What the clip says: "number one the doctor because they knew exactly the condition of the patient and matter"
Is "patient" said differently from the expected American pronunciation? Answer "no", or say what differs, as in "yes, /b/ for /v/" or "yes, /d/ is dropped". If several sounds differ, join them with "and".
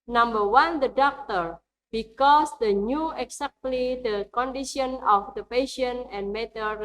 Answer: yes, /t/ is dropped